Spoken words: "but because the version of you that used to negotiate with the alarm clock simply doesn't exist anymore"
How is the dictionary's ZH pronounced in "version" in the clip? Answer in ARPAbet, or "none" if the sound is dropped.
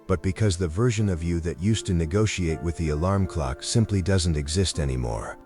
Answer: ZH